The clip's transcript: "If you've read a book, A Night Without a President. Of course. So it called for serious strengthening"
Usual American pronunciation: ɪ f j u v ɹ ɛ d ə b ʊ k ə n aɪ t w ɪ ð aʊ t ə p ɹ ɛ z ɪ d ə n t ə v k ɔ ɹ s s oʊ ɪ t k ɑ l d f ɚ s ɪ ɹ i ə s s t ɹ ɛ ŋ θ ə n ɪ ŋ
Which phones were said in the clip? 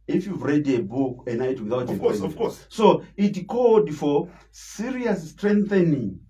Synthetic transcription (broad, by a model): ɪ f j u v ɹ ɛ d ə b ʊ k ə n aɪ t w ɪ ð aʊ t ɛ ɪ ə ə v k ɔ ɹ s s oʊ ɪ t k ɑ l d f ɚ s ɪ ɹ i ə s s t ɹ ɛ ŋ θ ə n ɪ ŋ